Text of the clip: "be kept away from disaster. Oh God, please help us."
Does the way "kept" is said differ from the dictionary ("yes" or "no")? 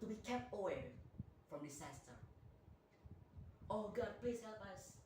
no